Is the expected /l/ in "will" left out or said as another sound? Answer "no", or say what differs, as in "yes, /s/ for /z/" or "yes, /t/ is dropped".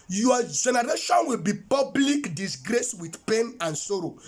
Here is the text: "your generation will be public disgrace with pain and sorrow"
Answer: no